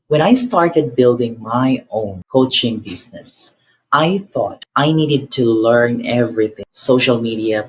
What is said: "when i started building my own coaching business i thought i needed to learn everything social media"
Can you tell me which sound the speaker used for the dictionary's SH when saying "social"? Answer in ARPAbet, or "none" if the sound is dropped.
SH